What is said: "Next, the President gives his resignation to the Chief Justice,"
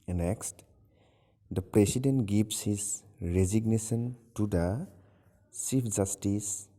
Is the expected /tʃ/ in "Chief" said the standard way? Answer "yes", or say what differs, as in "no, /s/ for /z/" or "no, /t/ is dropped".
no, /s/ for /tʃ/